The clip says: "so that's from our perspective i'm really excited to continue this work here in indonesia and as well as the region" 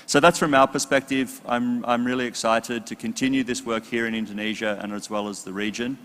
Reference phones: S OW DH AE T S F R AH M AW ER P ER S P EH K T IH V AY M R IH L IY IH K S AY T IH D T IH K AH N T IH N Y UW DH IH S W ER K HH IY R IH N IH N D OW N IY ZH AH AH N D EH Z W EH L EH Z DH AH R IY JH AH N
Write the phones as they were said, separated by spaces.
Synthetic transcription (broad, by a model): S OW DH AE T S F R AH M AW ER P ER S P EH K T IH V AY M R IH L IY IH K S AY T IH D T IH K AH N T IH N Y UW DH IH S W ER K HH IY R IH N IH N D OW N IY ZH AH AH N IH Z W EH L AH Z DH AH R IY JH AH N